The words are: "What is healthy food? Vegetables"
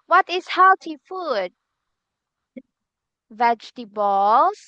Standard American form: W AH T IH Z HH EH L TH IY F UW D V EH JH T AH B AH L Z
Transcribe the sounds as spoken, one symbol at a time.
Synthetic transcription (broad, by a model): W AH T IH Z HH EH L T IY F UW D V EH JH T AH B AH L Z